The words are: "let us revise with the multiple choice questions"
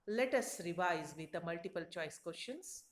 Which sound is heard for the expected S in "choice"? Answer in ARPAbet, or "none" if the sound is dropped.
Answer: S